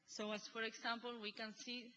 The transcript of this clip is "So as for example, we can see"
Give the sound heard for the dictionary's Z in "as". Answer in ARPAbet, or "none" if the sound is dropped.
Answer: S